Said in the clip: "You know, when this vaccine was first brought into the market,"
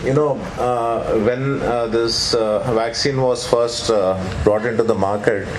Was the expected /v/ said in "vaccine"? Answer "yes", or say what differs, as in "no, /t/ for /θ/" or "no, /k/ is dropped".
yes